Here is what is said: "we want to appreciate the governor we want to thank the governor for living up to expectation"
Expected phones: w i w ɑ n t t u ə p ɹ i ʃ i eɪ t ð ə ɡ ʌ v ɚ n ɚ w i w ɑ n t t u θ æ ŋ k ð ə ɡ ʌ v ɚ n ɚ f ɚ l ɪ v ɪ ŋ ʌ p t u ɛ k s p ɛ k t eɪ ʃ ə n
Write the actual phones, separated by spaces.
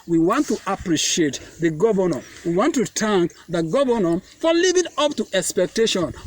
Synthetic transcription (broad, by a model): w i w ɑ n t t u ə p ɹ i ʃ i eɪ t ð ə ɡ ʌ v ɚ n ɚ w i w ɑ n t t u t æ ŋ k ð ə ɡ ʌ v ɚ n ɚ f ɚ l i v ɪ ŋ ʌ p t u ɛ k s p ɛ k t eɪ ʃ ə n